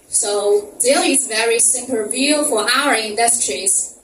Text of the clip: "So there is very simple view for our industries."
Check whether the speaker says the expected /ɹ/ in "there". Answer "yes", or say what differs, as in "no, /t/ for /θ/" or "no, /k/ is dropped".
no, /l/ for /ɹ/